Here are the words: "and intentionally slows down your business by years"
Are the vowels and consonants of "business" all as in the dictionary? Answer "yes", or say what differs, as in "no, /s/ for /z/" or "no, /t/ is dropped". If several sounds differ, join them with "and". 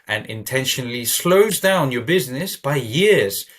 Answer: yes